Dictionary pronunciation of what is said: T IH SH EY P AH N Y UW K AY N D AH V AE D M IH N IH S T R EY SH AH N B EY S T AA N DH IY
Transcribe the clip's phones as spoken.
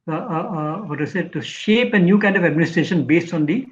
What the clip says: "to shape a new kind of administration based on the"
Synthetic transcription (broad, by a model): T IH SH EY P AH N Y UW K AY N D AH V AE D M IH N IH S T R EY SH AH N B EY S T AA N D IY